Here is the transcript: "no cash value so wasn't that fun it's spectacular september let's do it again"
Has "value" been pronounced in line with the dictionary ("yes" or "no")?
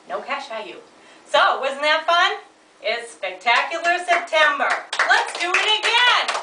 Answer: no